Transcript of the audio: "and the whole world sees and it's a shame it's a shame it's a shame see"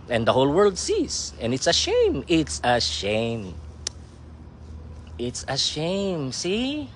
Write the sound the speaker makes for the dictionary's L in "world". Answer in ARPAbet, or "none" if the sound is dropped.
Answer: L